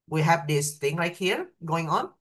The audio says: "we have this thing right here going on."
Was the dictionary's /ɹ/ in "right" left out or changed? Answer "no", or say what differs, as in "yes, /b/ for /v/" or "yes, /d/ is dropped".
yes, /l/ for /ɹ/